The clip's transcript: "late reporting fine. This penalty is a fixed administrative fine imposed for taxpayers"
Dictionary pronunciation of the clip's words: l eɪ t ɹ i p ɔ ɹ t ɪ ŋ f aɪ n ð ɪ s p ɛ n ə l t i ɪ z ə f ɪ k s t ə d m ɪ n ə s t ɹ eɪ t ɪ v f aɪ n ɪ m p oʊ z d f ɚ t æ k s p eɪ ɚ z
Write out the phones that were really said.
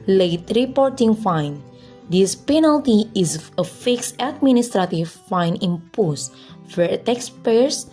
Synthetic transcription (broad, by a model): l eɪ t ɹ i p ɔ ɹ t ɪ ŋ f aɪ n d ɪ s p ɛ n ə l t i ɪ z ə f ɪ k s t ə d m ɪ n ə s t ɹ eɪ t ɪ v f aɪ n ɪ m p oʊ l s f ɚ t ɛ k s p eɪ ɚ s